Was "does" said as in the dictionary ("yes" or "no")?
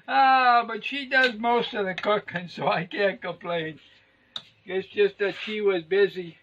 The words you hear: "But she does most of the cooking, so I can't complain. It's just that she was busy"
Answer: yes